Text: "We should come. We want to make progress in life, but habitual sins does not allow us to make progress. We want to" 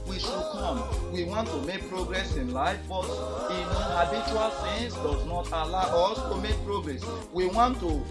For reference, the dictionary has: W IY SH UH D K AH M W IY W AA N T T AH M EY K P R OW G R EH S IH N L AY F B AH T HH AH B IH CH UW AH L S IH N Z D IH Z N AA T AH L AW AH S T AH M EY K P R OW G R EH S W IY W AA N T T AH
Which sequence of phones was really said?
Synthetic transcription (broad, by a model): W IY SH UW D K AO M W IY W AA N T T AH M EY K P R OW G R EH S IH N L AY F B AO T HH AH B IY CH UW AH L TH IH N S D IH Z N AA T AH L AW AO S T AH M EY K P R OW G R EH S W IY W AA N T T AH